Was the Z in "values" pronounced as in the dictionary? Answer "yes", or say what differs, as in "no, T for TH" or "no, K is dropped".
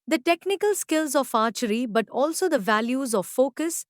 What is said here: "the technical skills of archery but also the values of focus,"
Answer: yes